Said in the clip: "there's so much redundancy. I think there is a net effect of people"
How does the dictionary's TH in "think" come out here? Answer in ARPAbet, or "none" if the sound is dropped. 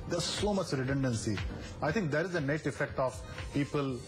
T